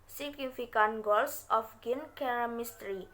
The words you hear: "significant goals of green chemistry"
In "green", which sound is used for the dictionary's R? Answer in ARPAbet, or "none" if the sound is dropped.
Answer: none